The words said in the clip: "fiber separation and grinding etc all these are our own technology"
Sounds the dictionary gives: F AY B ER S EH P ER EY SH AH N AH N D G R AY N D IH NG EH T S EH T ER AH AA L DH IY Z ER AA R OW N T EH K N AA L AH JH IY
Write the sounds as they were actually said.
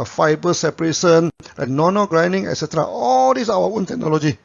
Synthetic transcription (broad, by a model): F AY B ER S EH P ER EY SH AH N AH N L G R AY N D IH NG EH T S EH T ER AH AA L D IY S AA W OW N T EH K N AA L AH JH IY